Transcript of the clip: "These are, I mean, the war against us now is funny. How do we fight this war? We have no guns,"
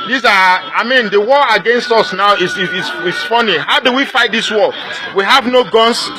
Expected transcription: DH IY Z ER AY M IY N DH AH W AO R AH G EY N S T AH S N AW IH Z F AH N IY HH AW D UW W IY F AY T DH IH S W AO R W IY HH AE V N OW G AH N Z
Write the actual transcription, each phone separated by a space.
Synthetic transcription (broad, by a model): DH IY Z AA AY M IY N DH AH W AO AH G EY N S T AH S N AW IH S F AH N IY HH AW D UW W IY F AY T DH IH S W AO L W IY HH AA V N OW G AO N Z